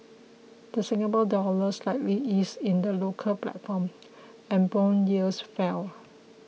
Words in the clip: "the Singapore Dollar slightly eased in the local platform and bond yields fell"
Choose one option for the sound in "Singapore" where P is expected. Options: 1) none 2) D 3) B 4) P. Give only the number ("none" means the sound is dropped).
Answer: 3